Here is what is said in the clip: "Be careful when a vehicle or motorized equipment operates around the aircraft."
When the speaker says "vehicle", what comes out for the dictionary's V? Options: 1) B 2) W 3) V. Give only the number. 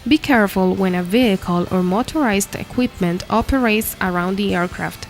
3